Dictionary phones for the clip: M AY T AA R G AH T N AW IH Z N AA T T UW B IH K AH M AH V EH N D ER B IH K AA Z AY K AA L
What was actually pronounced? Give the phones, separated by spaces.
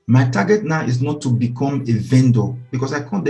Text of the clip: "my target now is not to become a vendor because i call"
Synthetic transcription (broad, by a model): M AY T AA G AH T N AW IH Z N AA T T UW B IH K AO M AH V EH N D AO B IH K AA S AY K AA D